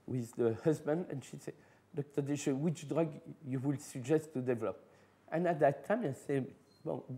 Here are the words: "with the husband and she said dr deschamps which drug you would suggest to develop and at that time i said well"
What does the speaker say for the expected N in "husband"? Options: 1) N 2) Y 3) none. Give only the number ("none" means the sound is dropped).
1